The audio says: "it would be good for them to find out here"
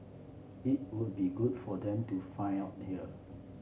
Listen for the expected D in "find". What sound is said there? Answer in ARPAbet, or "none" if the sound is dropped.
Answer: none